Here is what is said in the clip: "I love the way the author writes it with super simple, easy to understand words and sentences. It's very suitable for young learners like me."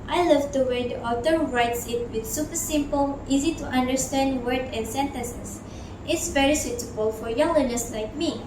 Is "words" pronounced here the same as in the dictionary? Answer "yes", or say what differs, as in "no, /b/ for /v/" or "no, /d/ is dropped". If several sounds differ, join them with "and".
no, /z/ is dropped